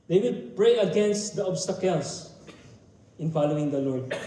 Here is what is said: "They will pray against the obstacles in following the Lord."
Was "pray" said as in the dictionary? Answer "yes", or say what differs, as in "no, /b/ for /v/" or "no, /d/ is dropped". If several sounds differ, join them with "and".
yes